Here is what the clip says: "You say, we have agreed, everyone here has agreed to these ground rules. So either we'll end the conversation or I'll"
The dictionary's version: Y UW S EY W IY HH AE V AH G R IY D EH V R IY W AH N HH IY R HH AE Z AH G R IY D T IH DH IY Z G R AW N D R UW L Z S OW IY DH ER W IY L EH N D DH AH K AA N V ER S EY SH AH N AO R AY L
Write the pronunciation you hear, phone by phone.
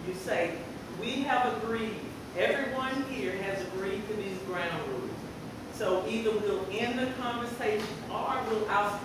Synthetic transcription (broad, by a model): Y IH S EY W IY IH V AH G R IY D EH V R IY W AH N HH IY R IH Z AH G R IY D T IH DH IY Z G R AW N D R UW Z S OW IY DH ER W IY L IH N DH AH K AA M V ER S EY SH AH N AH W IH L